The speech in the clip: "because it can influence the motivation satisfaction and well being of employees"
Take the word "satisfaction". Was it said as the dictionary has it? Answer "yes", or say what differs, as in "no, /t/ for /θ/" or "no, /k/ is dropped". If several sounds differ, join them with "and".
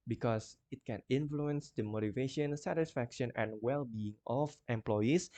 yes